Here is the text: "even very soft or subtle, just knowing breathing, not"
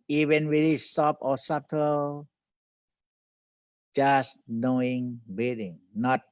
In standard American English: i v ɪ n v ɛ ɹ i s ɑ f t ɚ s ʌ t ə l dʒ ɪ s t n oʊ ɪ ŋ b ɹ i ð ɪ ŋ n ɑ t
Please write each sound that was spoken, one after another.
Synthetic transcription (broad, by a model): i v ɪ n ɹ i l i s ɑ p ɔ s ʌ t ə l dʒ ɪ s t n oʊ ɪ ŋ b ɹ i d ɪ ŋ n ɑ t